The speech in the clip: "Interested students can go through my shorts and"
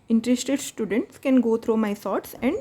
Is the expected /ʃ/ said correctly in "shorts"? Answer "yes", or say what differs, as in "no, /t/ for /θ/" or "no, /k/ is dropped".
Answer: no, /s/ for /ʃ/